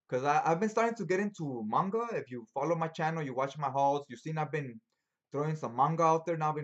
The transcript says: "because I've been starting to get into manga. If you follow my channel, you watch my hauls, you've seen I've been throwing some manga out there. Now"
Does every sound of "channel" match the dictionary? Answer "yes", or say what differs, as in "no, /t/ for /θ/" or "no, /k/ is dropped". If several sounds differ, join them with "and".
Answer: yes